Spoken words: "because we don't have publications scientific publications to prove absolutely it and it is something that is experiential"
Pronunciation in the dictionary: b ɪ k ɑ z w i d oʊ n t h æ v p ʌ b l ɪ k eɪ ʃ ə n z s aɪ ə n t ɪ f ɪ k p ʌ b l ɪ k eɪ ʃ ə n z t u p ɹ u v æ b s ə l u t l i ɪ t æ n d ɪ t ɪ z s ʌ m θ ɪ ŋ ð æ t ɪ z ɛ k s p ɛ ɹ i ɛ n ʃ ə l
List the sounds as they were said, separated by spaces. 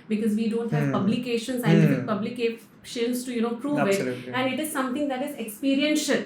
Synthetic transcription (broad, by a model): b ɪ k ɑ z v i d oʊ n t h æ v p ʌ b l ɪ k eɪ ʃ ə n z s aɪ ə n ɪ ɪ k p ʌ b l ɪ k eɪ ʃ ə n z t u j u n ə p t i ɪ t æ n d ɪ t ɪ z s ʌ m t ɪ ŋ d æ t ɪ z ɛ k s p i ɹ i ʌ n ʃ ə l